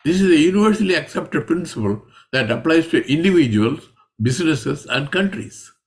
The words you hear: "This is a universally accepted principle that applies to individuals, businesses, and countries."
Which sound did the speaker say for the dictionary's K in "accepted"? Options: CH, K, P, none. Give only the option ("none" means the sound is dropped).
K